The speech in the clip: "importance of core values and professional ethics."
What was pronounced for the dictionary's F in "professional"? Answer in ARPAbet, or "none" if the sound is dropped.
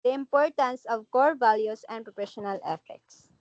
P